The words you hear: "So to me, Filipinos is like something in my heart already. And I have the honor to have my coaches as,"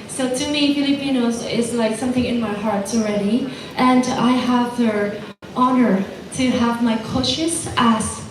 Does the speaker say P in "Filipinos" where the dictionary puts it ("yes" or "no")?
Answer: yes